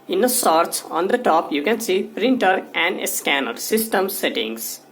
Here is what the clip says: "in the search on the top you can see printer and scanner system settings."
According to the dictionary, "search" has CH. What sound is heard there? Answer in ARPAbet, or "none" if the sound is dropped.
S